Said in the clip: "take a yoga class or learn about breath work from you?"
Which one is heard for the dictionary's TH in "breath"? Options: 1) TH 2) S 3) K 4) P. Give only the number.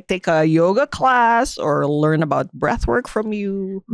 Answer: 1